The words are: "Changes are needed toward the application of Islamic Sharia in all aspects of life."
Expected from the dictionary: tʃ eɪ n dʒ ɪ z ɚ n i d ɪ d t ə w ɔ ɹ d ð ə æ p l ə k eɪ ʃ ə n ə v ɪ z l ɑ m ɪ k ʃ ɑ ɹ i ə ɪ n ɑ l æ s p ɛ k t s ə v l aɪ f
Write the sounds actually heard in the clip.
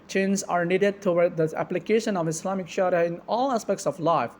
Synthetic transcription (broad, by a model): tʃ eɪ n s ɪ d n i d ɪ d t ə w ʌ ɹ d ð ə æ p l ə k eɪ ʃ ə n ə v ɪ s l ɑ m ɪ k ʃ ɑ ɹ i ə ɪ n ɑ l æ s p ɛ k t s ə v l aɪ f